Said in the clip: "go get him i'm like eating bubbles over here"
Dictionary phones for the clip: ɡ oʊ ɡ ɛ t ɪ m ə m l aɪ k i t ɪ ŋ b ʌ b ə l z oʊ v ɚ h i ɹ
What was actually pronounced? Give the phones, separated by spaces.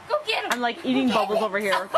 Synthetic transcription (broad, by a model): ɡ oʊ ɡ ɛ ɪ ə m l aɪ k i t ɪ ŋ b ʌ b l z oʊ v ɚ h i ɹ